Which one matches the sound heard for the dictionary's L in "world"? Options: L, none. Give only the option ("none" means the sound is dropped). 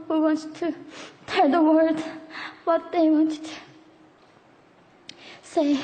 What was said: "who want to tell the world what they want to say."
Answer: none